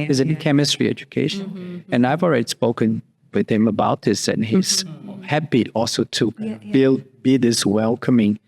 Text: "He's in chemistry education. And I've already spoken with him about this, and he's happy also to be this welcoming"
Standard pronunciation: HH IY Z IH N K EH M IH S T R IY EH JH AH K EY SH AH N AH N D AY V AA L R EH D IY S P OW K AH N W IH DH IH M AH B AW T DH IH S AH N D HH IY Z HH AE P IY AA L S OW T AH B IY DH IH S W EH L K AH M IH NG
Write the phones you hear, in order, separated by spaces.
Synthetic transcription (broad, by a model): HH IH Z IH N K EH M IH S T R IY EH JH AH K EY SH AH N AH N AY V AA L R EH D IY S P OW K AH N W IH DH IH M AH B AW T DH IH S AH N HH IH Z HH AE B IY AA L S OW T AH B IY DH IH S W EH L K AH M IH NG